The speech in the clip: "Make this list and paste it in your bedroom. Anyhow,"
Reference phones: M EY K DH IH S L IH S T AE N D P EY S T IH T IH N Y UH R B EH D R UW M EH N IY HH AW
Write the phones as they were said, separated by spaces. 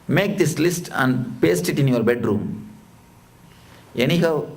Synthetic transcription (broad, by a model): M EY K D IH S L IH S T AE N D P EY S T IH T IH N Y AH R B EH D R UW M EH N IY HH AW